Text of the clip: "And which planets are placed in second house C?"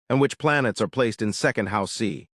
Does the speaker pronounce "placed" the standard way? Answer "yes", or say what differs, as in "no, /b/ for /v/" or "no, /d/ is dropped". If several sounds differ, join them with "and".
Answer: yes